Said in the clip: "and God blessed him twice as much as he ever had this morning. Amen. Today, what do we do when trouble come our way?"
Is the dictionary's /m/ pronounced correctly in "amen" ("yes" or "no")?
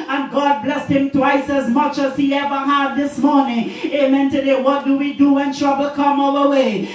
yes